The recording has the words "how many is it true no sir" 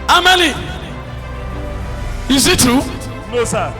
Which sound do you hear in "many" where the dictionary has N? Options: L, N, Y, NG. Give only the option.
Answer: L